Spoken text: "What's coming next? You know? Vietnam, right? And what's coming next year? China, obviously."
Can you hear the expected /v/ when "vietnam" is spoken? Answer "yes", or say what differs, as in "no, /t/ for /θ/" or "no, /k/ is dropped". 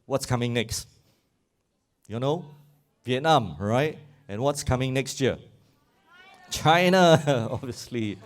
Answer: yes